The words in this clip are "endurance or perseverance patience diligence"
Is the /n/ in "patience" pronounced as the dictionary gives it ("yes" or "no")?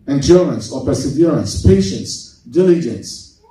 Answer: yes